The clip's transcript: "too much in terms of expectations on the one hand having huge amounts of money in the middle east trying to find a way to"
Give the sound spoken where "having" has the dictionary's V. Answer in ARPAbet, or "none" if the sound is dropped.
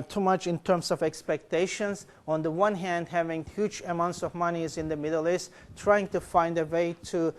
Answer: V